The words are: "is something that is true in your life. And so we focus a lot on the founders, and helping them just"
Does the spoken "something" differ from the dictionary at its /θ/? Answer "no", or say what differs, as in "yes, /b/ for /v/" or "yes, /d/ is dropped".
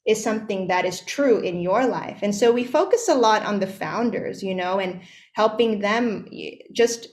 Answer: no